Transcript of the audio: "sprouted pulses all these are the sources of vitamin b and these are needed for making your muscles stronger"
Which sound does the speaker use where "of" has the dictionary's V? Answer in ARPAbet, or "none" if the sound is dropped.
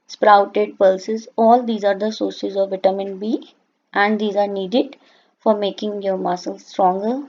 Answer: V